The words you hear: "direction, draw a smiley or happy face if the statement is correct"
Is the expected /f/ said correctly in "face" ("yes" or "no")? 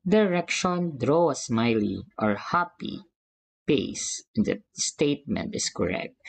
no